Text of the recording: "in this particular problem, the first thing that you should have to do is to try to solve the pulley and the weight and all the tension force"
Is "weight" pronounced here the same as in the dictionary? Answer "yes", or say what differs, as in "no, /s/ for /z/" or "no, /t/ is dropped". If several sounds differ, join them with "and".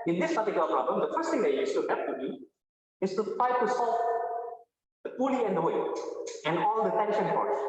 no, /t/ is dropped